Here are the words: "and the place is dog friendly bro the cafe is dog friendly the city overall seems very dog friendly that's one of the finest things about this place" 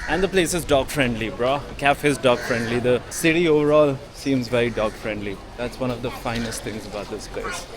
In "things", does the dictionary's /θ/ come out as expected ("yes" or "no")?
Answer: no